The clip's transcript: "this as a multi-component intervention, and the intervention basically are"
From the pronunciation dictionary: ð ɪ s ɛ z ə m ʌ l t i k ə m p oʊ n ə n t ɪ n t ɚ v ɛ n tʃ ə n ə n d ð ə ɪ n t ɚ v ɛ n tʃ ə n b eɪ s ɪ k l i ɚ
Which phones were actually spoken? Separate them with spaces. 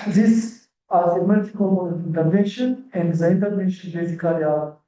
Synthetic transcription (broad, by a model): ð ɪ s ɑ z ə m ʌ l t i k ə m oʊ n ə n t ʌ t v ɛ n ʃ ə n ə n d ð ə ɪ n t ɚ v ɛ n ʃ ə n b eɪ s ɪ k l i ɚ